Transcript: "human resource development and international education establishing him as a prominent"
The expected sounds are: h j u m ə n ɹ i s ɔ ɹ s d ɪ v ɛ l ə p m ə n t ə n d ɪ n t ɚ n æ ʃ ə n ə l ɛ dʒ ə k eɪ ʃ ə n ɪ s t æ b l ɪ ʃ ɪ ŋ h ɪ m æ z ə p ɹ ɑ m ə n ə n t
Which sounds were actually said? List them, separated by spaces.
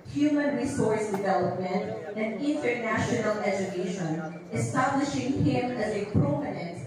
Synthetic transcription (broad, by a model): h j u m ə n ɹ i s ɔ ɹ s d ɪ v ɛ l ə p m ə n t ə n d ɪ n t ɚ n æ ʃ ə n ə l ɛ dʒ ə k eɪ ʃ ə n ɪ s t æ b l ɪ ʃ ɪ ŋ h ɪ m æ z ə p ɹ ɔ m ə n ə n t